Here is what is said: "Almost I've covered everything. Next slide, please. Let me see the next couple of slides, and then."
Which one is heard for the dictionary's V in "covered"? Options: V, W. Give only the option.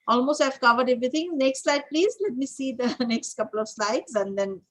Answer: V